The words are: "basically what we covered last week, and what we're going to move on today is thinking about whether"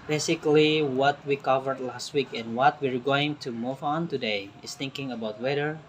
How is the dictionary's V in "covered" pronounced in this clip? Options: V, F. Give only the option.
V